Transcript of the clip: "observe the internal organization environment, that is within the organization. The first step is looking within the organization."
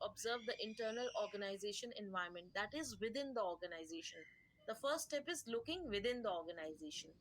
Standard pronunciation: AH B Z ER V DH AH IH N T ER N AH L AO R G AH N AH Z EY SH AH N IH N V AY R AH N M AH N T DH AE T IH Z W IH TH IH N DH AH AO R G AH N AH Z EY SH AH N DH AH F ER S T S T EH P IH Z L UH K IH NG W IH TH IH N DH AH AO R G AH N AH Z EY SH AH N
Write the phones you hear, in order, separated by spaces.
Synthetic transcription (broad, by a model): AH B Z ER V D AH IH N T ER N AH L AO R G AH N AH Z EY SH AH N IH N V AY AH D M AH N T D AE T IH Z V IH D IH N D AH AO R G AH N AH Z EY SH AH N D AH F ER T S T EH P IH Z L UH K IH NG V IH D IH N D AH AO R G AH N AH Z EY SH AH N